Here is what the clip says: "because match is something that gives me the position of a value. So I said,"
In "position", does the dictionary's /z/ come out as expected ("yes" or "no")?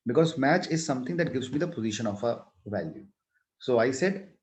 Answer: yes